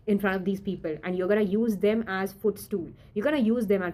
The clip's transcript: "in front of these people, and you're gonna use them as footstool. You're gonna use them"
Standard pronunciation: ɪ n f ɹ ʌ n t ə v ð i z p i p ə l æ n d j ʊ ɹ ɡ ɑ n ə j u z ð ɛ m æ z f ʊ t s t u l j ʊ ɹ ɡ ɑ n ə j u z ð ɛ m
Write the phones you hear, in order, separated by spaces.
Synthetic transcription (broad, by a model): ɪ n f ɹ ʌ n t ə v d i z p i p ə l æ n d j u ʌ ɡ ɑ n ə j u z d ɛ m æ z f ʊ t s t u l j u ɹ ɡ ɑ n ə j u z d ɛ m